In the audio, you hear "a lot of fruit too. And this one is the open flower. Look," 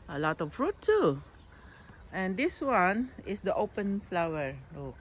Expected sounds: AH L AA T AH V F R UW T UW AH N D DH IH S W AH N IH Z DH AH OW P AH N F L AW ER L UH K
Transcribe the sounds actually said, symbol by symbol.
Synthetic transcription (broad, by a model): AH L AA T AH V F R UW T UW AH N D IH S W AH N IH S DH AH OW P AH N F L AW ER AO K